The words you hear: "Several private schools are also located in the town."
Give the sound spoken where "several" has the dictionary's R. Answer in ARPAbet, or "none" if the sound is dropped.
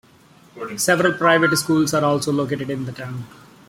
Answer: R